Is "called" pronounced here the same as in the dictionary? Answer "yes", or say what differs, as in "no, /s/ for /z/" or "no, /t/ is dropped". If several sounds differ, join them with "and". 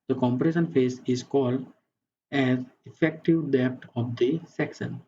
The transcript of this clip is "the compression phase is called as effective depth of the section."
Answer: yes